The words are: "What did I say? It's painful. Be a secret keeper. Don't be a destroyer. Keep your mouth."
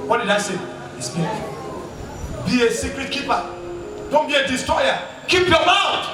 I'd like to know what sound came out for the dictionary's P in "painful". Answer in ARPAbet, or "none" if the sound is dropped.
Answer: B